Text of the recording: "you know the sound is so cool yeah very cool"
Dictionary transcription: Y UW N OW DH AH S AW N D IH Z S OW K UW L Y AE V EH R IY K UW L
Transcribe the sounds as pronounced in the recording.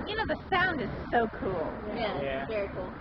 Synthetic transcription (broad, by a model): Y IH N OW DH AH S AW N D IH Z S OW K UW L Y AE V EH R IY K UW L